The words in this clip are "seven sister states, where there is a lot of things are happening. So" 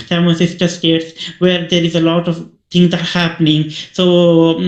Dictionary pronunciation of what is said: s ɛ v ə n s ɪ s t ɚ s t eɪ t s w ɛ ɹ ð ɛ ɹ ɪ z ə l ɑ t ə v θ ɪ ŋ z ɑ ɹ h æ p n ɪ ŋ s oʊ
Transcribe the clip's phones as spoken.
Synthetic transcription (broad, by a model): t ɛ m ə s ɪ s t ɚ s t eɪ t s w ɛ ɹ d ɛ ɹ ɪ z ə l ɑ t ə v t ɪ ŋ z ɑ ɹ h æ p n ɪ ŋ s oʊ